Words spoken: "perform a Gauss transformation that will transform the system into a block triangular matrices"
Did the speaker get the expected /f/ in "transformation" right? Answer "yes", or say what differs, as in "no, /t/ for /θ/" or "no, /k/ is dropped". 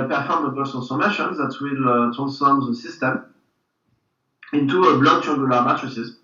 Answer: no, /f/ is dropped